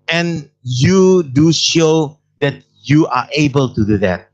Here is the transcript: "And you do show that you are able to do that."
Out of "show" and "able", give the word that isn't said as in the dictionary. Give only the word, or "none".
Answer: none